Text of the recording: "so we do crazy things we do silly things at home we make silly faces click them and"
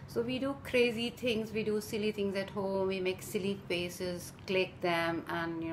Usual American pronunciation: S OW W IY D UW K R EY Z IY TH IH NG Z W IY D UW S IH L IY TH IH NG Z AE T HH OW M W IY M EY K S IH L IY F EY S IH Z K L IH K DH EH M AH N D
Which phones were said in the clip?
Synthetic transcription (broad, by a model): S OW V IY D UW K R EY Z IY T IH NG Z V IY D UW S IH L IY T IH NG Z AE T HH OW M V IY M EY K S IH L IY P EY S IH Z K L IH K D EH M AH N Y